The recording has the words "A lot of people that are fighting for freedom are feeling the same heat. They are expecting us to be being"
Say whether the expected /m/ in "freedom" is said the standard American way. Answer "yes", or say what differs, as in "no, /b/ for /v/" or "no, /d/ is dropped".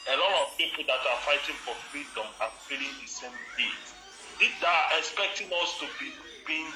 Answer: yes